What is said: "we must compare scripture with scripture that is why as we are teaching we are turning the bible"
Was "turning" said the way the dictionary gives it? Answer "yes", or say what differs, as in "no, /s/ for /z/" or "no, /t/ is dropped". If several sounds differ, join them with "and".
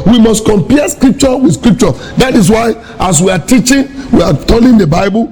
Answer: no, /l/ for /n/